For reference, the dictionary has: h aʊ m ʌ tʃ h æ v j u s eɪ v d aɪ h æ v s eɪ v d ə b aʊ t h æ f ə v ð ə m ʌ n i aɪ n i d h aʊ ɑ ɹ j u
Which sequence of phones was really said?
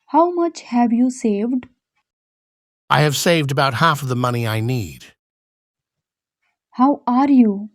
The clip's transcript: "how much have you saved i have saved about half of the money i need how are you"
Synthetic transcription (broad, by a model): h aʊ m ʌ tʃ h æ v j u s eɪ v d aɪ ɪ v s eɪ v d ə b aʊ t h æ f ə v ð ə m ʌ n i aɪ n i d h aʊ ɑ ɹ j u